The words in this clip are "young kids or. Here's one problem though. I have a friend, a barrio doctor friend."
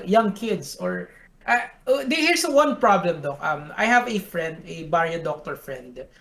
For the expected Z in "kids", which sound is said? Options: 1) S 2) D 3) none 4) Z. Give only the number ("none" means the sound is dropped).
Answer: 1